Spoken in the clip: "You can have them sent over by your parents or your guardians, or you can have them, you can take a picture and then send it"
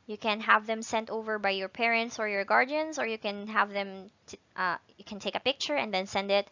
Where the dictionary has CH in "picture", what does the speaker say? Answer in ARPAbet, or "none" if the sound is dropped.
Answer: CH